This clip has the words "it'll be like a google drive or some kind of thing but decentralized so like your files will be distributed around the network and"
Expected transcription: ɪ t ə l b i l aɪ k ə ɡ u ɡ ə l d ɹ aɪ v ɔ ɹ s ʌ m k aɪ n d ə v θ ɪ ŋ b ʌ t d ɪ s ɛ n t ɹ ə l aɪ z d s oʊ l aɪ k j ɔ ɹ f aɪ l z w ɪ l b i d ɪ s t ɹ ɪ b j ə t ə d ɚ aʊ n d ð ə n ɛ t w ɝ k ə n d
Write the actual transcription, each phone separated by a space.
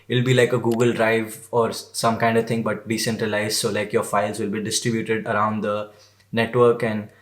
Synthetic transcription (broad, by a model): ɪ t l b i l aɪ k ə ɡ u ɡ ə l d ɹ aɪ v ɔ ɹ s ʌ m k aɪ n d ə v t ɪ ŋ b ʌ t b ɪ s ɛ n t ɹ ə l aɪ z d s oʊ l aɪ k j ɔ ɹ f aɪ l z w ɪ l b i d ɪ s t ɹ ɪ b j ə t ə d ɚ aʊ n d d ə n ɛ t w ɝ k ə n d